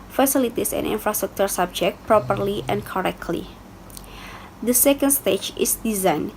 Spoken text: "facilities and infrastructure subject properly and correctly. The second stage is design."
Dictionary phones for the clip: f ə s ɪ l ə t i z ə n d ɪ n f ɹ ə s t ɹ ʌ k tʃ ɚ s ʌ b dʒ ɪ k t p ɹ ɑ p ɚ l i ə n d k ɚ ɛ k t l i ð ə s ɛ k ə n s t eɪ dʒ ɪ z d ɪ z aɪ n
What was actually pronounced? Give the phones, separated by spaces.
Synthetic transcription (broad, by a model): f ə s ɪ l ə t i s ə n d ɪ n f ɹ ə s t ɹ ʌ k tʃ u s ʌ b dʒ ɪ k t p ɹ ɑ p ɚ l i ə n k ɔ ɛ k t l i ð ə s ɛ k ə n s t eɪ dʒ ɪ s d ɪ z aɪ n